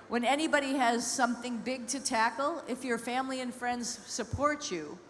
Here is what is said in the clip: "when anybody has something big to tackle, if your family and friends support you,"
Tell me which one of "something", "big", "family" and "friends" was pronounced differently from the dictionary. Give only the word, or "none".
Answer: none